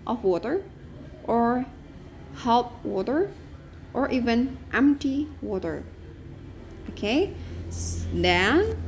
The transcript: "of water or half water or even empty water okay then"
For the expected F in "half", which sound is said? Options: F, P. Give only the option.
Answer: P